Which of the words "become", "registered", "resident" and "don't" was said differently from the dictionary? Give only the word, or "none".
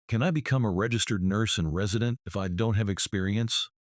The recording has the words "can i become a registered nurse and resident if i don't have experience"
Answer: none